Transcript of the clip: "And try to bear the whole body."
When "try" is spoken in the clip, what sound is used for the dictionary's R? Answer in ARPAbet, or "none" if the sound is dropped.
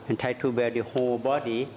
none